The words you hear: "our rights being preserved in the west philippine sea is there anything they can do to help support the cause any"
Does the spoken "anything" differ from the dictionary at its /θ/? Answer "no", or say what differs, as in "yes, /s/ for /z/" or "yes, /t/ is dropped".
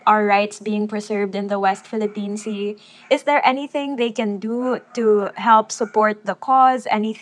no